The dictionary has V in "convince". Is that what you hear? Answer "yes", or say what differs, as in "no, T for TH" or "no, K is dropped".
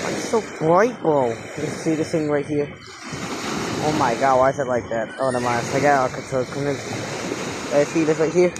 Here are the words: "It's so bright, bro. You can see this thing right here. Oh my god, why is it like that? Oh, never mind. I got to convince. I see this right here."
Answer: no, V is dropped